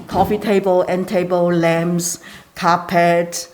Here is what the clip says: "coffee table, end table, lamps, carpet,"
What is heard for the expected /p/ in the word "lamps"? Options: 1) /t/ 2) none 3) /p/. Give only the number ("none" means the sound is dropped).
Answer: 2